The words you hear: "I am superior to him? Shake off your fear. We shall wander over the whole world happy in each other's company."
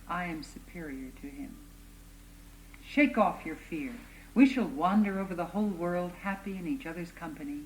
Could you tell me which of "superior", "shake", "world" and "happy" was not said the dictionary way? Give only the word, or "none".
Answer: none